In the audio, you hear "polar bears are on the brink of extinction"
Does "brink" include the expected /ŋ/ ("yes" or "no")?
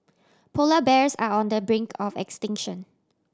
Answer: yes